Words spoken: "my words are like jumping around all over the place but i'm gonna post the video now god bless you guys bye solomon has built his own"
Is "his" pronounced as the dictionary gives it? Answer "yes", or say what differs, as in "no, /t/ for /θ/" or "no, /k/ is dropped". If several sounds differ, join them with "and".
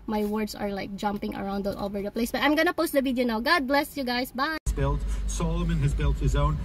yes